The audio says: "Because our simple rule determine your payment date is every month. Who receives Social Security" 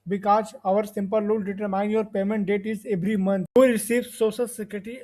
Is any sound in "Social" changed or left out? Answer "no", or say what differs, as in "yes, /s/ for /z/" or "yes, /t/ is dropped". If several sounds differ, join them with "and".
yes, /s/ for /ʃ/